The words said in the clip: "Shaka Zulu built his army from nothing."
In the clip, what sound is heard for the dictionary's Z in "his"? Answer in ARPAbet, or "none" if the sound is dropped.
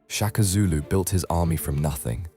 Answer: Z